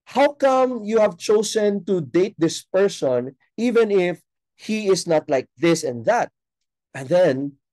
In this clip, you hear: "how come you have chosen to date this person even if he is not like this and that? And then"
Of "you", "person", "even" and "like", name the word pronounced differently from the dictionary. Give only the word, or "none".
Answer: none